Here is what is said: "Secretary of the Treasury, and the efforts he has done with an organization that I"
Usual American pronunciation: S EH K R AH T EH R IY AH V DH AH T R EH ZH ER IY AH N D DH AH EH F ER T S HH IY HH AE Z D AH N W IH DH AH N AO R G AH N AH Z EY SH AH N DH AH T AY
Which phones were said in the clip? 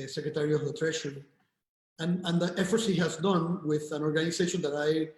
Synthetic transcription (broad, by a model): S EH K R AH T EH R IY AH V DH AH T R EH SH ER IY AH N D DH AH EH F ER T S HH IY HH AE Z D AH N W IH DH AH N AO R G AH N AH S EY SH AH N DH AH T AY